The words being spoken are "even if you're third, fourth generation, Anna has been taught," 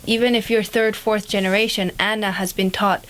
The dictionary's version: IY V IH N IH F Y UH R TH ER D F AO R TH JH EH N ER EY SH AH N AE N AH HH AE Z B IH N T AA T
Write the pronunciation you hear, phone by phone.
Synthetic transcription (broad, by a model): IY V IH N IH F Y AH R TH ER D F AO R TH JH EH N ER EY SH AH N AE N AH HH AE Z B IH N T AA T